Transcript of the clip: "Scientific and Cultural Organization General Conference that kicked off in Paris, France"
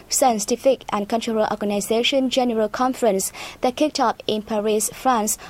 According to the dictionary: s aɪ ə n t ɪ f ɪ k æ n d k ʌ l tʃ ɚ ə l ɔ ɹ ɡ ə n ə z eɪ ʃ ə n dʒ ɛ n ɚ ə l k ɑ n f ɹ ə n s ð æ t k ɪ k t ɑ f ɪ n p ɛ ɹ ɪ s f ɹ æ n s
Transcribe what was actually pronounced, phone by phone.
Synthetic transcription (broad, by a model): s aɪ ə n t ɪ f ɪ k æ n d k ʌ n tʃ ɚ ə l ɔ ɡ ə n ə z eɪ ʃ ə n dʒ ɛ n ɚ ə l k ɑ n f ɹ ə n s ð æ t k ɪ k t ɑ p ɪ n p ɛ ɹ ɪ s f ɹ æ n s